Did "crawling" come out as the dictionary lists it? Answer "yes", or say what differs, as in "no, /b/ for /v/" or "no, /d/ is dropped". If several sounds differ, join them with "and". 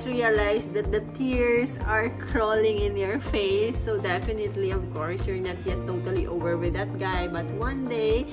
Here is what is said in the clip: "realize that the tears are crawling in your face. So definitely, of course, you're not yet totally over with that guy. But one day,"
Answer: yes